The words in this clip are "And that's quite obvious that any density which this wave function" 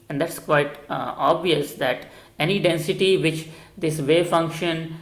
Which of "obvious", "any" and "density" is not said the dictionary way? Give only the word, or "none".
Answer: none